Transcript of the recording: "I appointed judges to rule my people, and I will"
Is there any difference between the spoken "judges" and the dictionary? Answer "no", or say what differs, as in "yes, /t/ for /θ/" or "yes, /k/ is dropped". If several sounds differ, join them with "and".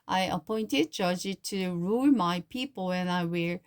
yes, /z/ is dropped